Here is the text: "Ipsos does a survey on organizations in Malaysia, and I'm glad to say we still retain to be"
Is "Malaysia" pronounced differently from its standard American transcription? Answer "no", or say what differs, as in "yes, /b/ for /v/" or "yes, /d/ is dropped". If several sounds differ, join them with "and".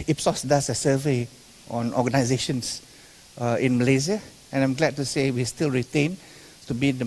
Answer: yes, /z/ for /ʒ/